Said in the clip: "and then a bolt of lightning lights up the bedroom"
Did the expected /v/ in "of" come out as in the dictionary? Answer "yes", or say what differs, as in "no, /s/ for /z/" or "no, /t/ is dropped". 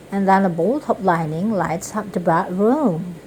no, /p/ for /v/